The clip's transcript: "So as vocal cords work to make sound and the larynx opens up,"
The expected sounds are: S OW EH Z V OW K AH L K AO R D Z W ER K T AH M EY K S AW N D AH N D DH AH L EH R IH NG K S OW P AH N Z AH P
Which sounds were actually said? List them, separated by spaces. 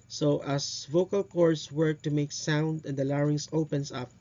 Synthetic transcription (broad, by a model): S OW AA S V OW K AH L K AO R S W ER K T AH M EY K S AW N D AH N D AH L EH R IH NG S OW P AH N S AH P